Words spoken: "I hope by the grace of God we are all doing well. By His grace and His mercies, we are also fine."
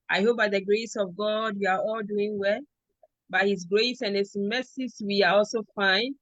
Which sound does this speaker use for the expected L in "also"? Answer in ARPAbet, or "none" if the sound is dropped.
L